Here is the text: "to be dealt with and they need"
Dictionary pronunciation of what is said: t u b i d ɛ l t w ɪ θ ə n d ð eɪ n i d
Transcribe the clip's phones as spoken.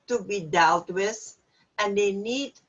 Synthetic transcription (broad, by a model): t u b i d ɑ w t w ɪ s ə n d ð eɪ n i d